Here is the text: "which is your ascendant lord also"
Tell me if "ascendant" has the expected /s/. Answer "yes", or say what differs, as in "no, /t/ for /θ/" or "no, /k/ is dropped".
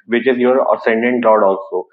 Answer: yes